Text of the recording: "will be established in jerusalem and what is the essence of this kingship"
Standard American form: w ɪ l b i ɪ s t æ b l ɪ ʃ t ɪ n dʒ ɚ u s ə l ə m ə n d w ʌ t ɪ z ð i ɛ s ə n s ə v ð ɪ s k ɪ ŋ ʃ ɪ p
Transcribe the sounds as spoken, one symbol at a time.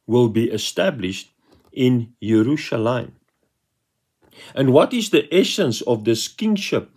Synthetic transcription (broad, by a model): w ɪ l b i ɪ s t æ b l ɪ ʃ t ɪ n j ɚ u ʃ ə l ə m ə n d w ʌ t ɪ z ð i ɛ s ə n s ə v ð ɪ s k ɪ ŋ ʃ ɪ p